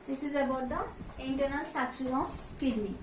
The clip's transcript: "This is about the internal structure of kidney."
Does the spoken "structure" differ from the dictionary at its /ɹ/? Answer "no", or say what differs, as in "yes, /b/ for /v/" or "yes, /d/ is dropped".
yes, /ɹ/ is dropped